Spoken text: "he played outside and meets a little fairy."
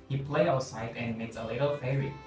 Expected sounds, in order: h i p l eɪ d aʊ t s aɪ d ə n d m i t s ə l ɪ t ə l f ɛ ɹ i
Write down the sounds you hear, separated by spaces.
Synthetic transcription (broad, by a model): h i p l eɪ aʊ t s aɪ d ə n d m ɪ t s ə l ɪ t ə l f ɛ ɹ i